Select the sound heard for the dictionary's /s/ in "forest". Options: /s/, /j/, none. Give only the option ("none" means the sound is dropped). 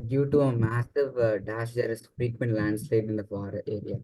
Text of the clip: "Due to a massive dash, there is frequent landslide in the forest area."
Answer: none